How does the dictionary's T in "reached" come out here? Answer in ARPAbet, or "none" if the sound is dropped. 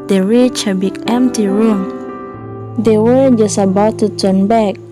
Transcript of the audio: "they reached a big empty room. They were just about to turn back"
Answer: none